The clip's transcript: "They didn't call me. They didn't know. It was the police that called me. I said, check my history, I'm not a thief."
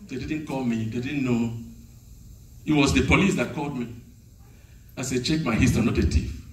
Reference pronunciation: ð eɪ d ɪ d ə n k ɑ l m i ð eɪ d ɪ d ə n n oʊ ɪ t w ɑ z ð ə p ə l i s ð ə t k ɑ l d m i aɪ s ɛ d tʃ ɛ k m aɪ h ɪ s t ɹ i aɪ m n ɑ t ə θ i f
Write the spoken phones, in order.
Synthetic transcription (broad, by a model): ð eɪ d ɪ d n k ɑ l m i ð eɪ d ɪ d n n oʊ ɪ t w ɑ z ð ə p ə l i s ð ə t k ɑ l d m i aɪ s ɛ d tʃ ɛ k m aɪ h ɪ s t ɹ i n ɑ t ə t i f